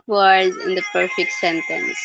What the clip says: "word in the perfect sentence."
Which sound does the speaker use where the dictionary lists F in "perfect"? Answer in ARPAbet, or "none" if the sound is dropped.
F